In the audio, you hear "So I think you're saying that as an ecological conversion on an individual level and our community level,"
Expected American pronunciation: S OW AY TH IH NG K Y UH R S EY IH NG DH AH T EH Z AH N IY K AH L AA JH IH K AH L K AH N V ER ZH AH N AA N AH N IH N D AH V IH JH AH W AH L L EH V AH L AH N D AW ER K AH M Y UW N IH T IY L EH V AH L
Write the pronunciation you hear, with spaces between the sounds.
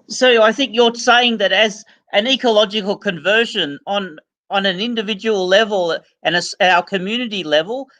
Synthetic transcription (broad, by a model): S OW AY TH IH NG K Y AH R S EY IH NG DH AH T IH Z AH N IY K AH L AA JH IH K AH L K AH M V ER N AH N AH N AH N IH N D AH V IH JH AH W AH L L EH V AH L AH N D AW ER K AH M Y UW N IH T IY L EH V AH L